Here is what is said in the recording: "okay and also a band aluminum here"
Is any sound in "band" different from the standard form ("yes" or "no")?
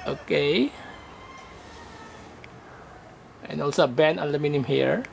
yes